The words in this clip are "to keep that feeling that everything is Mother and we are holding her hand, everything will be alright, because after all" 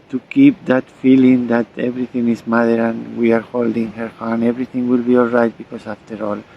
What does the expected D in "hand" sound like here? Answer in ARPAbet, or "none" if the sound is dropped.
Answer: none